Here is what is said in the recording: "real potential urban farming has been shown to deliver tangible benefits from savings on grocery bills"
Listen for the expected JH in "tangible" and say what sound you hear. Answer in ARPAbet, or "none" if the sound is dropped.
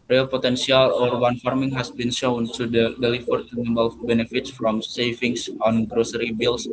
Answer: none